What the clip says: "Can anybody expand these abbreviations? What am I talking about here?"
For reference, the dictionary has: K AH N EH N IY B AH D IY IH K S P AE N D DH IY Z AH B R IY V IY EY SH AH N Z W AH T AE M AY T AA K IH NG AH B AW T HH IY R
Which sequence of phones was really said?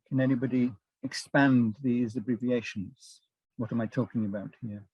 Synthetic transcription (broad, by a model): K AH N EH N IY B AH D IY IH K S P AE N DH IY Z AH B R IY V IY EY SH AH N Z W AH T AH M AY T AA K IH NG AH B AW T HH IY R